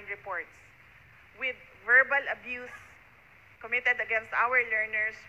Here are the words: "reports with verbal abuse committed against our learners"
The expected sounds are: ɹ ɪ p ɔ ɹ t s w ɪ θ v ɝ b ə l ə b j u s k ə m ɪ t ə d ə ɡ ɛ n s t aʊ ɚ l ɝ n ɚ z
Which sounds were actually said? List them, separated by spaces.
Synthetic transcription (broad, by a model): ɹ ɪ p ɔ ɹ t s w ɪ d v ɝ b ə l ə b j u s k ə m ɪ t ə d ə ɡ ɛ n s t aʊ ɚ l ɝ n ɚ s